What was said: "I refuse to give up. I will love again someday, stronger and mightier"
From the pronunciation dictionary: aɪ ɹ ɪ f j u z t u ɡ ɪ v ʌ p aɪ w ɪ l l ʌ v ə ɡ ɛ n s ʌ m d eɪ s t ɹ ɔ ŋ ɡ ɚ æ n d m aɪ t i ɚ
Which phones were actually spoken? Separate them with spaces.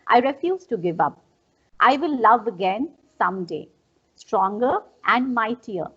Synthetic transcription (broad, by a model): aɪ ɹ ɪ f j u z t u ɡ ɪ v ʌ p aɪ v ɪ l l ʌ v ə ɡ ɛ n s ʌ m d eɪ s t ɹ ɔ ŋ ɡ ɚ æ n d m aɪ t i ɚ